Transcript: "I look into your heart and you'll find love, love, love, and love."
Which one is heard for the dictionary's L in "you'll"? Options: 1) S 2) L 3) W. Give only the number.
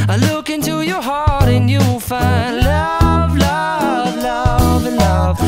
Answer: 3